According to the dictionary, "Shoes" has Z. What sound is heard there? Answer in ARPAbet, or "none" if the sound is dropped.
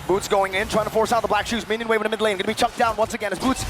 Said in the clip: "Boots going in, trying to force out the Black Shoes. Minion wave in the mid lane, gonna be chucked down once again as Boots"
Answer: Z